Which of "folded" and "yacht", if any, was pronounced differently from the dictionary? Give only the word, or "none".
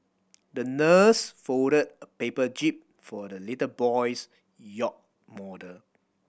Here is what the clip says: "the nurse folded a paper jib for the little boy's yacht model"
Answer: folded